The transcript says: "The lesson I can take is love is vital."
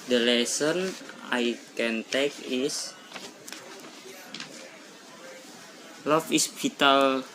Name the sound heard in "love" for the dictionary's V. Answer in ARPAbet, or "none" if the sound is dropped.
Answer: F